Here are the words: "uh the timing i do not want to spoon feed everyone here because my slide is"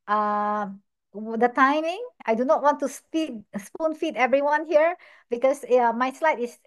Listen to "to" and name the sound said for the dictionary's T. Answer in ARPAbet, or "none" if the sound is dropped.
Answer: S